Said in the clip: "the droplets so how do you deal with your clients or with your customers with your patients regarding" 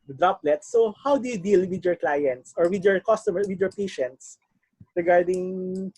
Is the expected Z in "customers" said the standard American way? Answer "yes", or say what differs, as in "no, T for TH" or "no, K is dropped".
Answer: no, Z is dropped